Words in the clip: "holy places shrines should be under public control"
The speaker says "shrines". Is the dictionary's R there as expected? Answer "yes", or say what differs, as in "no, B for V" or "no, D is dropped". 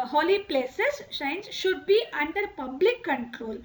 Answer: no, R is dropped